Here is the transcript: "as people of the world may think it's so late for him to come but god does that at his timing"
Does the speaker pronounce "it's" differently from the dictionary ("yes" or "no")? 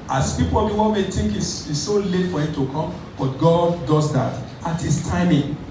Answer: yes